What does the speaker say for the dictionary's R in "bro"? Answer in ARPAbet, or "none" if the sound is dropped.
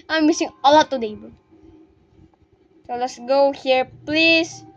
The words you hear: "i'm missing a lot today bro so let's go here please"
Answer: none